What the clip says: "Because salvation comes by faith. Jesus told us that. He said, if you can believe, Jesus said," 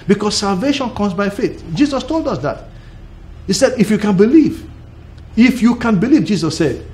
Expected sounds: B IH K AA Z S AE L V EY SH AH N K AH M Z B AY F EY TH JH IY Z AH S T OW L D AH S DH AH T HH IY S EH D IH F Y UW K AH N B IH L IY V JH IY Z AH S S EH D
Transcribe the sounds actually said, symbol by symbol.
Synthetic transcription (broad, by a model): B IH K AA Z S AE L V EY SH AH N K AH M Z B AY F EY TH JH IY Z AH S T OW L D AH S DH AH T HH IY S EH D IH F Y UW K AH N B IH L IY V JH IY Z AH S S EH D